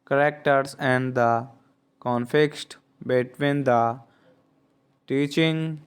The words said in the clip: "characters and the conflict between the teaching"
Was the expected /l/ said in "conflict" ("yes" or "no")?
no